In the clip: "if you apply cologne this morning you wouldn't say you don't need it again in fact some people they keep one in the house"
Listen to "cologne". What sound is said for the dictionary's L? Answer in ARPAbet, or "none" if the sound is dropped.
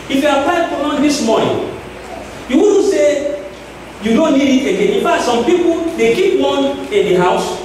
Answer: none